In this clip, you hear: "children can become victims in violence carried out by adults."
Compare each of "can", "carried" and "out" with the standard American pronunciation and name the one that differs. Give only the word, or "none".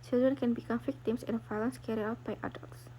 carried